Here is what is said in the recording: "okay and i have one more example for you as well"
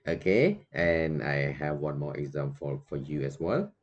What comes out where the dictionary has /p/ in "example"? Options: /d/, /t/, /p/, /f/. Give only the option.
/f/